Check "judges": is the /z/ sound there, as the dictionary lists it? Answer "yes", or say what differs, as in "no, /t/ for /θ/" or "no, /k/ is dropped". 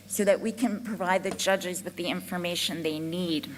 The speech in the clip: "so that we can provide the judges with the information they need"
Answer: yes